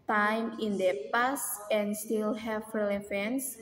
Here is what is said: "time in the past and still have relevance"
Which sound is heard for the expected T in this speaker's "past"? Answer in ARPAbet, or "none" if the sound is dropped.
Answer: none